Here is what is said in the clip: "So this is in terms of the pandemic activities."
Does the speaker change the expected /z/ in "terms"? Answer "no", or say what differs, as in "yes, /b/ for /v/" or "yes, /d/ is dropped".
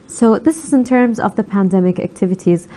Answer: no